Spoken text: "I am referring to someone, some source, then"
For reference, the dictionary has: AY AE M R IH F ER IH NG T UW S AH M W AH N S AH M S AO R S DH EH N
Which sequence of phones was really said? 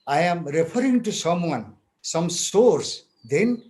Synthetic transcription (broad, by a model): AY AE M R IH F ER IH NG T UW S AH M W AH N S AH M S AO R S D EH N